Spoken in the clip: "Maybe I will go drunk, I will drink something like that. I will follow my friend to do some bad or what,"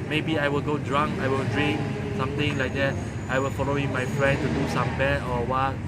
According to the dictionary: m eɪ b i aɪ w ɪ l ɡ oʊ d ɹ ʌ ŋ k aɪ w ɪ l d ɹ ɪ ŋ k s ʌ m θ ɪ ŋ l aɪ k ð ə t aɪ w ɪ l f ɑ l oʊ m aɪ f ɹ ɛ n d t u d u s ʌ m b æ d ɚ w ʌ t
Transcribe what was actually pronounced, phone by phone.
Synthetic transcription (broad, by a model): m eɪ b i aɪ w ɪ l ɡ oʊ d ɹ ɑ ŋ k aɪ w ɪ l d ɹ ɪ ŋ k s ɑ m t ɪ ŋ l aɪ k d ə t aɪ w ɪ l f ɑ l oʊ m aɪ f ɹ ɛ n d t u d u s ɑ m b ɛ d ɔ w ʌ t